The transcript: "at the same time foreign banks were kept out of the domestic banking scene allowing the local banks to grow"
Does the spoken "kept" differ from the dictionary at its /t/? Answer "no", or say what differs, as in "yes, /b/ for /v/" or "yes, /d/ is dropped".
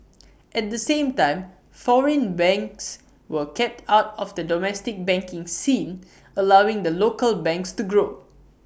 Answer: no